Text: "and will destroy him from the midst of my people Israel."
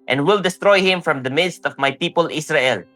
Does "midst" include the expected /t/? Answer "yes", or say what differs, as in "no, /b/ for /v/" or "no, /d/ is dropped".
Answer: yes